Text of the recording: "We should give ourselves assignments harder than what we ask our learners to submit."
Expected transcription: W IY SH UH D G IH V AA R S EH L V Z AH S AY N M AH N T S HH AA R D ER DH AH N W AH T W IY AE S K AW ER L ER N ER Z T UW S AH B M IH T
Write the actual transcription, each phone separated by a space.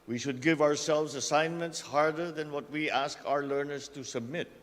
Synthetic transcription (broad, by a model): W IY SH UH D G IH V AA R S EH L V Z AH S AY N M AH N T S HH AA R D ER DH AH N W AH T W IY AE S K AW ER L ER N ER S T UW S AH B M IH T